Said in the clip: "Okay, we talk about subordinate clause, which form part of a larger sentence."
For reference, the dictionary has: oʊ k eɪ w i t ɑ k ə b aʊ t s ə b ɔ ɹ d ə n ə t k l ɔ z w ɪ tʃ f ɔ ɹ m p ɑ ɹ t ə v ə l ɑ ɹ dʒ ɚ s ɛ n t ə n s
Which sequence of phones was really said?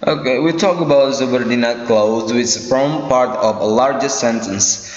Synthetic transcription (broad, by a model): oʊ k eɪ w i t ɑ k ə b aʊ t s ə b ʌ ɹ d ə n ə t k l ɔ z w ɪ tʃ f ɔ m p ɑ ɹ t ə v ə l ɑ ɹ dʒ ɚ s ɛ n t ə n s